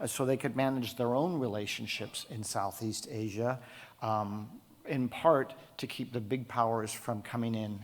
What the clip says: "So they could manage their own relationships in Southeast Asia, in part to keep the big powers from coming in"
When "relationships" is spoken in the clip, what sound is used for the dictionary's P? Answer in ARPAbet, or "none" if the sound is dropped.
P